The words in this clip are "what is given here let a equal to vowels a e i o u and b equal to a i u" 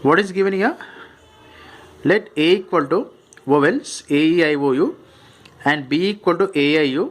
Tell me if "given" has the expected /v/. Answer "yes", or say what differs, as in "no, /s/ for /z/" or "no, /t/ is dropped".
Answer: yes